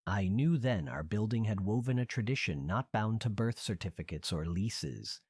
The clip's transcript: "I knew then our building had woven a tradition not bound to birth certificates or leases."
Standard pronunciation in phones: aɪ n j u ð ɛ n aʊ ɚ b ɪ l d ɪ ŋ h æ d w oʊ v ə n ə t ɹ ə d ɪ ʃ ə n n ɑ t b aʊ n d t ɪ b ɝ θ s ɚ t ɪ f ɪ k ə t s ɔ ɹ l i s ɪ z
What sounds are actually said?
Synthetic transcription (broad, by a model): aɪ n j u ð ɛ n aʊ ɚ b ɪ l d ɪ ŋ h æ d w oʊ v ə n ə t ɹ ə d ɪ ʃ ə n n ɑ t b aʊ n t ɪ b ɝ θ s ɚ t ɪ f ɪ k ə t s ɔ ɹ l i s ɪ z